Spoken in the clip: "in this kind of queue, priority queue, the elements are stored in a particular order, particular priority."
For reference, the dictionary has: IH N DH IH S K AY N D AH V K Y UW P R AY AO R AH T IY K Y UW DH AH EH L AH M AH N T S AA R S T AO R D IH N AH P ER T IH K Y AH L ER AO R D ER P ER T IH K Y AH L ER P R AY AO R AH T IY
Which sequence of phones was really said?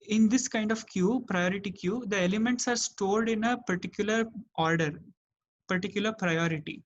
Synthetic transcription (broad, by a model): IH N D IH S K AY N D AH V K Y UW P R AY AO R AH T IY K Y UW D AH EH L AH M AH N T S AA R S T AO L D IH N AH P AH T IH K Y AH L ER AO R D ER P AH T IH K Y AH L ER P R AY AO R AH T IY